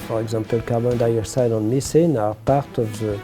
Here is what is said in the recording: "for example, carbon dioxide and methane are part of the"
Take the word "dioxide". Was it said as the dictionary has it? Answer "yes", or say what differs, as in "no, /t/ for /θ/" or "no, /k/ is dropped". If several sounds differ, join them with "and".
no, /k/ is dropped